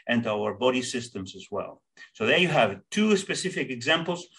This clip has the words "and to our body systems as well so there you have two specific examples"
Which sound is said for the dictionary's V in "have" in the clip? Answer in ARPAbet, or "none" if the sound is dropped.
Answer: V